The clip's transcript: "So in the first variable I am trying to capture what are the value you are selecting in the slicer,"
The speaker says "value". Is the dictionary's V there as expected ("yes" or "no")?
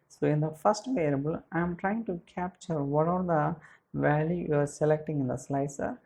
yes